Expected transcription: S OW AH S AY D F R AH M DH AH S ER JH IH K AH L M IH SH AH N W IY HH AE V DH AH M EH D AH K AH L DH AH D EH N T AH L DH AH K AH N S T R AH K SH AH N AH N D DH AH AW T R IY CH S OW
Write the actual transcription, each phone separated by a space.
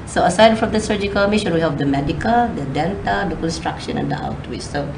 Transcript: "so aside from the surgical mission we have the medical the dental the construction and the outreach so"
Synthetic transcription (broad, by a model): S OW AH S AY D F R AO M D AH S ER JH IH K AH L M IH SH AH N W IY HH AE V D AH M EH D AH K AH L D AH D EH N T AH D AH K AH N S T R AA K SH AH N AH N D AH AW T W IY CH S OW